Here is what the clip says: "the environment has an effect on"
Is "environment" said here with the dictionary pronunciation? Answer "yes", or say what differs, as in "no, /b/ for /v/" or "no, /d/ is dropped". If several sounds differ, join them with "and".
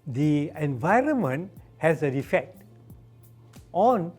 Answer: yes